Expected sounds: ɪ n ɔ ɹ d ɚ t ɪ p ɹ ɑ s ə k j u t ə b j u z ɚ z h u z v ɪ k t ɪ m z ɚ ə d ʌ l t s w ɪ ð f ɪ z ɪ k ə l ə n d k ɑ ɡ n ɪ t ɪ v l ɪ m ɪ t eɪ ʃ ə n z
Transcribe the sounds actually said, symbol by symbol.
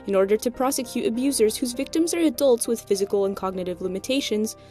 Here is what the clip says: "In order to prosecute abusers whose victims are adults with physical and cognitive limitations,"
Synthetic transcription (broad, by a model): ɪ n ɔ ɹ d ɚ t ɪ p ɹ ɑ s ə k j u t ə b j u z ɚ z h u z v ɪ k t ɪ m z ɚ ə d ʌ l t s w ɪ ð f ɪ z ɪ k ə l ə n k ɑ ɡ n ɪ t ɪ v l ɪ m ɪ t eɪ ʃ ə n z